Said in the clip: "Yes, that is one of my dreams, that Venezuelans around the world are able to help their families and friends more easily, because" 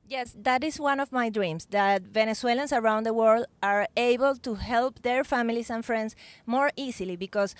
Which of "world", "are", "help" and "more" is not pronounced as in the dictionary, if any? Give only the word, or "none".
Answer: none